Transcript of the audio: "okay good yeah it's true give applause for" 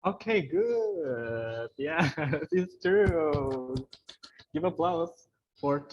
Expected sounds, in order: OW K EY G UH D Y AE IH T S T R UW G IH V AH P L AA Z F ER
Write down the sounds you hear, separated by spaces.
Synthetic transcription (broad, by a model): OW K EY G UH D Y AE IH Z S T UW G IH V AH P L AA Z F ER